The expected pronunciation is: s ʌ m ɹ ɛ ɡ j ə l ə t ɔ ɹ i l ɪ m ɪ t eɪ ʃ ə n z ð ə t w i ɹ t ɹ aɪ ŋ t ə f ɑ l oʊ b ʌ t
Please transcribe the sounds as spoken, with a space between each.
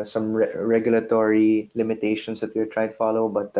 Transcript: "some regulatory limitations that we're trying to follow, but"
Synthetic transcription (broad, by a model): s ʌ m ɹ ɛ ɡ j ə l ə t ɔ ɹ i l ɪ m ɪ t eɪ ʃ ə n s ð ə t w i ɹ t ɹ aɪ t ə f ɑ l oʊ b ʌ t